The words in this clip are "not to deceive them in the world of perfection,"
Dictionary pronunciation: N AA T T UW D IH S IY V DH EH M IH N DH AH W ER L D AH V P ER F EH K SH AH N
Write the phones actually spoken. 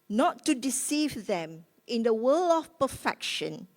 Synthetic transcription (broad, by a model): N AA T T UW D IH S IY V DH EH M IH N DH AH W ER L AH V P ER F EH K SH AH N